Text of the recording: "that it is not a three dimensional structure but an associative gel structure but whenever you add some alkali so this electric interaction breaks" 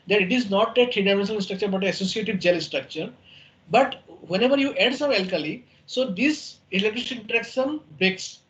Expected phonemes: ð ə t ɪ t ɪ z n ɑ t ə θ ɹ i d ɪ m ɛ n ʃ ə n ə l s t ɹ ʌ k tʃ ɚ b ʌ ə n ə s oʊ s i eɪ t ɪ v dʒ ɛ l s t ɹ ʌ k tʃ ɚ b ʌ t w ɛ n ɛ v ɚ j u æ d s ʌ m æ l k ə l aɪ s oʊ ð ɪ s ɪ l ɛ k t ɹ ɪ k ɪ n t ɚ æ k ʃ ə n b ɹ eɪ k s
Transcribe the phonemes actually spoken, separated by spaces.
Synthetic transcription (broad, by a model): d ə t ɪ t ɪ z n ɑ t ə t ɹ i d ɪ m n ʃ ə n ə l s t ɹ ʌ k tʃ ɚ b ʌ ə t ə s oʊ s i eɪ t ɪ v dʒ ɛ l s t ɹ ʌ k tʃ ɚ b ʌ t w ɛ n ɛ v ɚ j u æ d s ʌ m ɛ l k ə l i s oʊ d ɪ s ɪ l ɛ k t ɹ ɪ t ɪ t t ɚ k s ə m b ɹ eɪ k s